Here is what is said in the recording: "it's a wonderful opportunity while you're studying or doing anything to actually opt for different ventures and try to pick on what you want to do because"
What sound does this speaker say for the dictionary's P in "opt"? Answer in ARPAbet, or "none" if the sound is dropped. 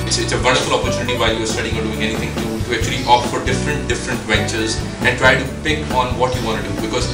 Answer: F